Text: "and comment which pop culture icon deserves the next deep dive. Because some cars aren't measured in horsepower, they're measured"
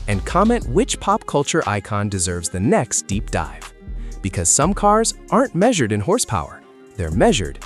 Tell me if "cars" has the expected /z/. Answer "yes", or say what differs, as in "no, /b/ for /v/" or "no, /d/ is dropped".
yes